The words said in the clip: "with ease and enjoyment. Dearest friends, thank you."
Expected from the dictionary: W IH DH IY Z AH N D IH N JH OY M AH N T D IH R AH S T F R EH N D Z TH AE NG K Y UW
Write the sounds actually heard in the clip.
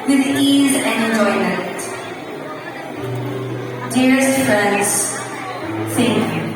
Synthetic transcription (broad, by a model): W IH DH IY Z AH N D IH N JH OY M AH N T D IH R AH S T F R EH N D Z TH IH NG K